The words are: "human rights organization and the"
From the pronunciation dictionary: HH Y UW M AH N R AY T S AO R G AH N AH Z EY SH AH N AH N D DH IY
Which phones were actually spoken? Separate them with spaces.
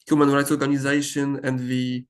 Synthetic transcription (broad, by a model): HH Y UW M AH N R AY T S AO R G AH N AH Z EY SH AH N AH N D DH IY